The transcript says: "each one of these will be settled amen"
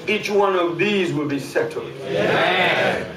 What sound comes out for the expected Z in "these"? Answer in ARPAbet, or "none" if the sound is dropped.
Z